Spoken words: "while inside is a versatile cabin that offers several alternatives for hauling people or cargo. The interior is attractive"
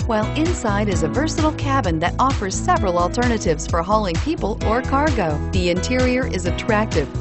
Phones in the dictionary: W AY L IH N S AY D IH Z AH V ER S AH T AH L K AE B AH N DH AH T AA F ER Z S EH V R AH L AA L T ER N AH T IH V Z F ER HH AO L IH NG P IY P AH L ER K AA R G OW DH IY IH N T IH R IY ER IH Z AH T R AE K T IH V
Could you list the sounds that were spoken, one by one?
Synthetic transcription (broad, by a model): W AY L IH N S AY D IH Z AH V ER S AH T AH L K AE B AH N DH AH T AA F ER Z S EH V R AH L AA L T ER N AH T IH V Z F ER HH AO L IH NG P IY P AH L ER K AA R G OW DH IY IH N T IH R IY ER IH Z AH T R AE K T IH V